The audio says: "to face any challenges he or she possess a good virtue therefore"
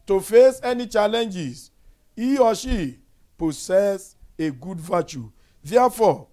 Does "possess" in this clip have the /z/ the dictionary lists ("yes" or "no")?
no